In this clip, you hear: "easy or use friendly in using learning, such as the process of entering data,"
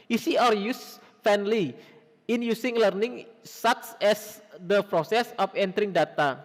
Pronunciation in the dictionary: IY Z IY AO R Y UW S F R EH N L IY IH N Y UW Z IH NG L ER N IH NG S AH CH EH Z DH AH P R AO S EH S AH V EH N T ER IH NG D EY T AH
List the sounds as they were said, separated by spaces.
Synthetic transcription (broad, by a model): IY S IY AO R Y UW S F EH N L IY IH N Y UW S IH NG L ER N IH NG S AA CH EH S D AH P R AO S EH S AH F EH N T ER IH NG D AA T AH